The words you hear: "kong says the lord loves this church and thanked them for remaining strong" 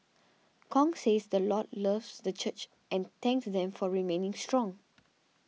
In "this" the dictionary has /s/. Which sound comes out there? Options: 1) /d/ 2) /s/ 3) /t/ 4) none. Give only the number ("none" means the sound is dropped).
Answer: 4